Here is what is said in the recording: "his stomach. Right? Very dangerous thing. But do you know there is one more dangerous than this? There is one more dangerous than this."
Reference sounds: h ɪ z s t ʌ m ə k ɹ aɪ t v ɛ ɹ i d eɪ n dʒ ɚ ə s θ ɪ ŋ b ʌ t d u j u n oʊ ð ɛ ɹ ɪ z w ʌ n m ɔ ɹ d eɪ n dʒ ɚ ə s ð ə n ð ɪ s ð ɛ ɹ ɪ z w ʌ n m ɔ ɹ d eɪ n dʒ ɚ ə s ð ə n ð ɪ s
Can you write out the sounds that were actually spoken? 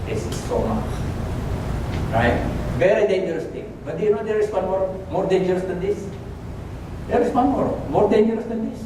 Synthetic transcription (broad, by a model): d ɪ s s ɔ m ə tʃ ɹ aɪ t v ɛ ɹ i d eɪ n dʒ ɚ ə s t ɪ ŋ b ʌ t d j u n oʊ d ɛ ɹ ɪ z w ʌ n m ɔ ɹ d eɪ n dʒ ɚ ə s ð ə n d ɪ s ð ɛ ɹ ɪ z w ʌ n m ɔ ɹ d eɪ n dʒ ɚ ə s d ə n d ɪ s